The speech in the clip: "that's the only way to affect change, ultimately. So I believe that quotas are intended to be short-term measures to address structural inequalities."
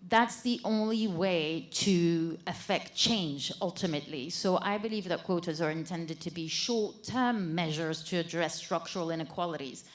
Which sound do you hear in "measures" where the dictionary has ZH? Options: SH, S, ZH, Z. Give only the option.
ZH